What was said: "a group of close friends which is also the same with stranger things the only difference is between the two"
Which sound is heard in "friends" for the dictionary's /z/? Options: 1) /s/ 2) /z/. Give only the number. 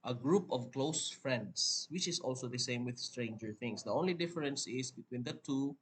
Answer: 1